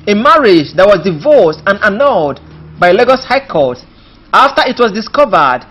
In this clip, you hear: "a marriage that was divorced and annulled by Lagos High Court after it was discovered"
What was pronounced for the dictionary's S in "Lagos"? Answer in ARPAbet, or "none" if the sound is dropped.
S